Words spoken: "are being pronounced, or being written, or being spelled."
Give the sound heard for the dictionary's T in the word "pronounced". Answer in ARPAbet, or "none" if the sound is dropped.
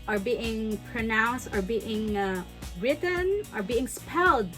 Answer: T